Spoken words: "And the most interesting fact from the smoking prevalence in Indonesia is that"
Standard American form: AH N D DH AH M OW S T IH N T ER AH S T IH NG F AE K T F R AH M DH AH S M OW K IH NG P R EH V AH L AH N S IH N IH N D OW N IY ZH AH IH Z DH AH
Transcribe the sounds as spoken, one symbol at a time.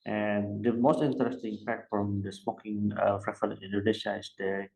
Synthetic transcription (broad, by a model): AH N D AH M OW S T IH N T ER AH S T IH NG P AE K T F R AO M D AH S M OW K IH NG F R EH F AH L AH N IH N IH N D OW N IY SH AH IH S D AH